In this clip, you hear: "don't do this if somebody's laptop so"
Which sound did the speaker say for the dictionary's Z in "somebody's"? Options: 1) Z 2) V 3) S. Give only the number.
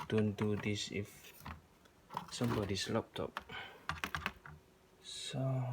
3